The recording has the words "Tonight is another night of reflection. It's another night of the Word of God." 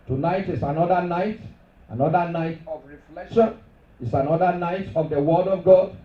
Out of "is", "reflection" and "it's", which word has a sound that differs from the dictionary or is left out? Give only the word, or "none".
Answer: is